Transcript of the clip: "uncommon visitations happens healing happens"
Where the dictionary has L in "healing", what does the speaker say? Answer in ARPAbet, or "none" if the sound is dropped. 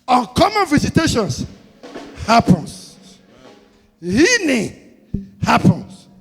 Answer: N